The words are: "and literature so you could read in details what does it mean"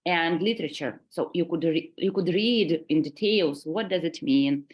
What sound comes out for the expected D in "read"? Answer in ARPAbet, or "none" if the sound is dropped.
D